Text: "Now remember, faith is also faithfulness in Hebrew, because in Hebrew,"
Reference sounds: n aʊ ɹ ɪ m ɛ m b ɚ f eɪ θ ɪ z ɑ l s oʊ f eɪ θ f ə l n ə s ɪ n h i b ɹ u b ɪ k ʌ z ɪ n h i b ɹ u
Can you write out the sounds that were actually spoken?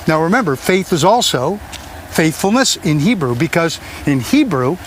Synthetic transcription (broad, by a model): n aʊ ɹ ɪ m ɛ m b ɚ f eɪ θ ɪ z ɑ l s oʊ f eɪ θ f l n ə s ɪ n h i b ɹ u b ɪ k ʌ z ɪ n h i b ɹ u